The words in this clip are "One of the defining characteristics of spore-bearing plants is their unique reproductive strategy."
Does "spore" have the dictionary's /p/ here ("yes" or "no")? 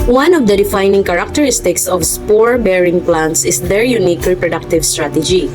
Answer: yes